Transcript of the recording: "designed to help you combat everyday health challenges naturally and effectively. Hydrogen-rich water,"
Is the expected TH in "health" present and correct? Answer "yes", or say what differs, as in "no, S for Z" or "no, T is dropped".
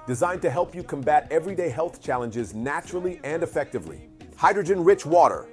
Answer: yes